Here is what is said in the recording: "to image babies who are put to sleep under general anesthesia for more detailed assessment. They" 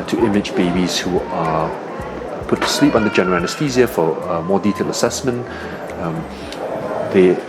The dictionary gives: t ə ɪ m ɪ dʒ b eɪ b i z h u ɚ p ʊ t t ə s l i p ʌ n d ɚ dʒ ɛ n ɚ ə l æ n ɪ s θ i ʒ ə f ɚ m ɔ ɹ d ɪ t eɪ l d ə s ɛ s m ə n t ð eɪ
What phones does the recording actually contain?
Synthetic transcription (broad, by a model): t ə ɪ m ɪ dʒ b eɪ b i z h u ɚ p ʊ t t ə s l i p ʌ n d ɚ dʒ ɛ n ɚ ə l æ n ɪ s t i z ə f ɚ m ɔ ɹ d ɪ t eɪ l ə s ɛ s m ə n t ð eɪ